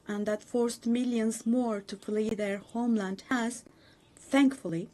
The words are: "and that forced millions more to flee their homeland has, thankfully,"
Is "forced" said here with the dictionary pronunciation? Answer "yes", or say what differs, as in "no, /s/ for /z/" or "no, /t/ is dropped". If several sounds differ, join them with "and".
yes